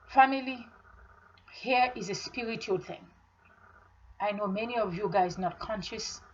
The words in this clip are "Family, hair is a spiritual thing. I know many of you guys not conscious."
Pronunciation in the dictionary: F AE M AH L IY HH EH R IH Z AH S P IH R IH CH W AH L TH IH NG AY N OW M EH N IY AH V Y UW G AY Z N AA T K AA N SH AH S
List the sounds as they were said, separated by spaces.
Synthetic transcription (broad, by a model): F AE M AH L IY HH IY R IH Z AH S P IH R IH CH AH L TH IH NG AY N OW M EH N IY AH V Y UW G AY Z N AA T K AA N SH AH S